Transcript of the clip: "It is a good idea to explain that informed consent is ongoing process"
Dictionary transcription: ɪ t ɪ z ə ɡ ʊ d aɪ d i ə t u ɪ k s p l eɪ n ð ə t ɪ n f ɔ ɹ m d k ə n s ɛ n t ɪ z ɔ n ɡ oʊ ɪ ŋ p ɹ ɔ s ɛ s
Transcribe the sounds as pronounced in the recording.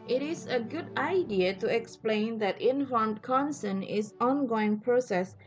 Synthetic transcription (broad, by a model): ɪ t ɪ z ə ɡ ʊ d aɪ d i ə t u ɪ k s p l eɪ n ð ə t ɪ n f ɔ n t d k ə n s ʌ n ɪ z ɔ n ɡ oʊ ɪ ŋ p ɹ ɔ s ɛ s